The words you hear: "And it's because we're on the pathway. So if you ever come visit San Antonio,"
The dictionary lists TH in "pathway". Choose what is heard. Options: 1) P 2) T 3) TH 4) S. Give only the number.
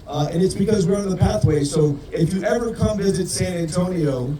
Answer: 3